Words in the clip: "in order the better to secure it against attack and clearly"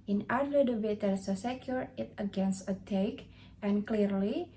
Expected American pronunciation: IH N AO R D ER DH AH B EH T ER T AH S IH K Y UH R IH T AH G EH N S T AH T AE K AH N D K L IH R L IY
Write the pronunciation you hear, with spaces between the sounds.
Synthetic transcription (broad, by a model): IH N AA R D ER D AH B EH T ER S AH S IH K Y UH R IH T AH G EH N S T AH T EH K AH N K L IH R L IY